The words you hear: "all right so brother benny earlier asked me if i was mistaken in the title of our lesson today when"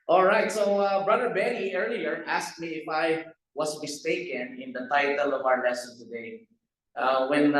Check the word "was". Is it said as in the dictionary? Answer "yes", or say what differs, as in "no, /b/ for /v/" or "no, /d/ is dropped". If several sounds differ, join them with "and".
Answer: no, /s/ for /z/